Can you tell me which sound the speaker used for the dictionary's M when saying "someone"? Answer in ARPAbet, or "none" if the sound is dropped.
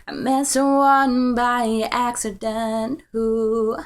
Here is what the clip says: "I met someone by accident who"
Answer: none